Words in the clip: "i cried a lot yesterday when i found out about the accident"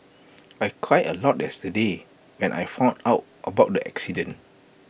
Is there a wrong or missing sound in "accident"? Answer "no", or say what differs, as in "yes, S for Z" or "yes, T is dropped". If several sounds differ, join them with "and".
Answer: yes, T is dropped